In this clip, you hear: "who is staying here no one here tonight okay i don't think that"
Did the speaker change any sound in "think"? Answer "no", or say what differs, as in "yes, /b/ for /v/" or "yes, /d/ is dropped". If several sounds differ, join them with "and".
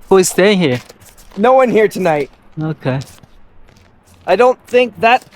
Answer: no